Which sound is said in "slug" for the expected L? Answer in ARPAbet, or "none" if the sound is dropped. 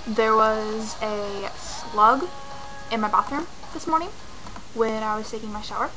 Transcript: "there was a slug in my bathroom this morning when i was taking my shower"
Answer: L